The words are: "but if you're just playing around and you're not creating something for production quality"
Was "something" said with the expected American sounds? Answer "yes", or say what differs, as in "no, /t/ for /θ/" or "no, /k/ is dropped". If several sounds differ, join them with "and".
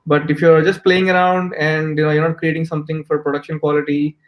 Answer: no, /t/ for /θ/